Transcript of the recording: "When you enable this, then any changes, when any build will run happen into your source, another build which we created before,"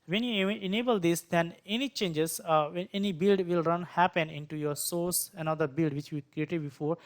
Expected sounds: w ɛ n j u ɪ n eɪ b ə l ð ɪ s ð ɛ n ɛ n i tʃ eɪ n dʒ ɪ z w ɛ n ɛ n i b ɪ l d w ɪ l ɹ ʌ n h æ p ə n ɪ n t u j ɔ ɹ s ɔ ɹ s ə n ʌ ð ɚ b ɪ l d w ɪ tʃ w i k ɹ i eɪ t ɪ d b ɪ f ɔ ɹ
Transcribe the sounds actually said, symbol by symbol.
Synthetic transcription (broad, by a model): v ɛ n j u ɪ n eɪ b ə l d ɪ s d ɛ n ɛ n i tʃ eɪ n dʒ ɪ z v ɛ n ɛ n i b ɪ l d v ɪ l ɹ ʌ n h æ p ə n ɪ n t u j ɔ ɹ s ɔ ɹ s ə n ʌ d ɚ b ɪ l d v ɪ tʃ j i k ɹ i eɪ t ɪ d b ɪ f ɔ ɹ